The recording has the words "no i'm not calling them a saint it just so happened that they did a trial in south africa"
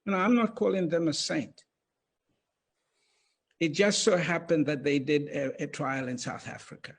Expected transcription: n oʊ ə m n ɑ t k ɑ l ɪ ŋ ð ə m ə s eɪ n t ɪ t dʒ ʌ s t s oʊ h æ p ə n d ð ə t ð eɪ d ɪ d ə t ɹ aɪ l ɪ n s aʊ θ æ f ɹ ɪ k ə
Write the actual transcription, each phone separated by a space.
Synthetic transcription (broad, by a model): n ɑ ə m n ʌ t k ɑ l ɪ ŋ ð ə m ə s eɪ n t ɪ t dʒ ʌ s t s oʊ h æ p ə n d ð ə t ð eɪ d ɪ d ə t ɹ aɪ l ɪ n s aʊ θ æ f ɹ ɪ k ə